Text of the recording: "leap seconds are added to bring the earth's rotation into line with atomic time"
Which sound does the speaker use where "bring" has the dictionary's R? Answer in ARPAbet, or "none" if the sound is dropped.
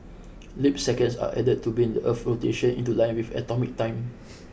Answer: none